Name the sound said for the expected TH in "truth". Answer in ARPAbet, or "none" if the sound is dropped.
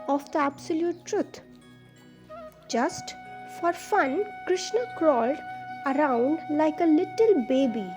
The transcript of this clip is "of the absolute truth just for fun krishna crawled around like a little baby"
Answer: T